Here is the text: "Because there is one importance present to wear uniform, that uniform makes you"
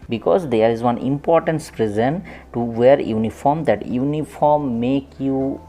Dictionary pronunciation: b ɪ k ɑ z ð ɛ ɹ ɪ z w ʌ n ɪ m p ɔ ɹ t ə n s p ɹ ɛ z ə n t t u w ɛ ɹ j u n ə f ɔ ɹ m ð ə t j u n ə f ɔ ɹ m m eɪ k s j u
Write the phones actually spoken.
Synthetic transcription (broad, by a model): b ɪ k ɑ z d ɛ ɹ ɪ z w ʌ n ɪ m p ɔ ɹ t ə n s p ɹ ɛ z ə n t t u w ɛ ɹ j u n ə f ɔ ɹ m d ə t j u n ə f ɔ ɹ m m eɪ k j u